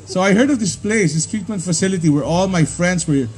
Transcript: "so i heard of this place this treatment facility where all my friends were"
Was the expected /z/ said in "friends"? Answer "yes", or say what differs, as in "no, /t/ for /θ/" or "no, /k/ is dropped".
no, /s/ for /z/